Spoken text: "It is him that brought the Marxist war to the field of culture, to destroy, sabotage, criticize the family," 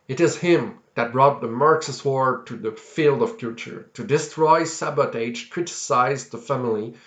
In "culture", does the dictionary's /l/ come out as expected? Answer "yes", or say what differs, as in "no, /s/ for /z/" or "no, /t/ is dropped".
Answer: no, /l/ is dropped